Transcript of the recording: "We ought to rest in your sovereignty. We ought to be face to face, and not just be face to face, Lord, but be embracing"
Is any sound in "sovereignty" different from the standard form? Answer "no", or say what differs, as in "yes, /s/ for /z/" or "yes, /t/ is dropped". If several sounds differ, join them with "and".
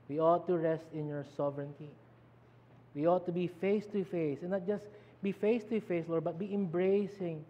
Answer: no